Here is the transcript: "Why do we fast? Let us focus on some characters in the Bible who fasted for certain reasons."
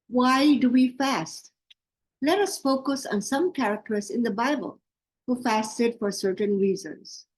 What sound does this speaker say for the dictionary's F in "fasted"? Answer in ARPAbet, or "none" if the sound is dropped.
F